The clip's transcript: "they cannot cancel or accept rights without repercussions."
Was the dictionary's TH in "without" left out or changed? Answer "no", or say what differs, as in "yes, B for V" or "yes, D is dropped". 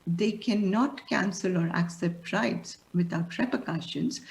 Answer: yes, T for TH